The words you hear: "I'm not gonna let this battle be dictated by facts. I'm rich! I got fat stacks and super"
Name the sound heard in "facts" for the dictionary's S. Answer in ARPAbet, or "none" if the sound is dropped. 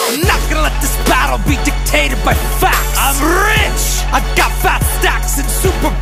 none